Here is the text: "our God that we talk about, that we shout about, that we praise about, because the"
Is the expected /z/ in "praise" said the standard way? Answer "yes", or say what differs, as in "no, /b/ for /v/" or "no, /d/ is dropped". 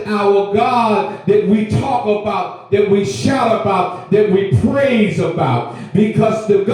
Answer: yes